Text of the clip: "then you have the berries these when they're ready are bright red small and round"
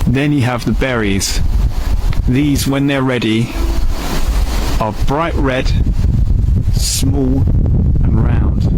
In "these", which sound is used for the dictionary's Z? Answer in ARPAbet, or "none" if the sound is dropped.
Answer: Z